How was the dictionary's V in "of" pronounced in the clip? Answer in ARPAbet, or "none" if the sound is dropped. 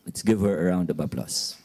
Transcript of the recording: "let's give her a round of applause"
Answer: B